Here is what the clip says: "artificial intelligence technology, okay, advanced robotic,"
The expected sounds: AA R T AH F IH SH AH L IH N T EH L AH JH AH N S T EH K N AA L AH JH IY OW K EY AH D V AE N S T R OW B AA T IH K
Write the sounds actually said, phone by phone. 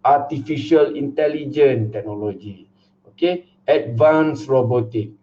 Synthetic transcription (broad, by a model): AA T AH F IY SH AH L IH N T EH L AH JH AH N T EH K N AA L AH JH IY OW K EY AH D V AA N S R OW B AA T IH K